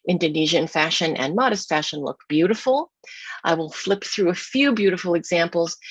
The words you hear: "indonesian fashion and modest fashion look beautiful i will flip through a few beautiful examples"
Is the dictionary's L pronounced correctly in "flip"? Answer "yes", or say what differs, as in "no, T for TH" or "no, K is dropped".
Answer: yes